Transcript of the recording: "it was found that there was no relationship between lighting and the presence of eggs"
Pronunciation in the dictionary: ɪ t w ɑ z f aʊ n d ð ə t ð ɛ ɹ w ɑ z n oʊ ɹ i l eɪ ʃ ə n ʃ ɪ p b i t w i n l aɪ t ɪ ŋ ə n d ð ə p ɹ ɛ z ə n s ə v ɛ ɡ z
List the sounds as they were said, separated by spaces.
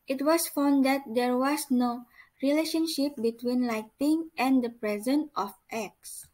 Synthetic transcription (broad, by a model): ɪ t w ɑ s f aʊ n d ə t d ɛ ɹ w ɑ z n oʊ ɹ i l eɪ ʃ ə n ʃ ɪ p b i t w i n l aɪ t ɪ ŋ ə n d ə p ɹ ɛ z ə n ə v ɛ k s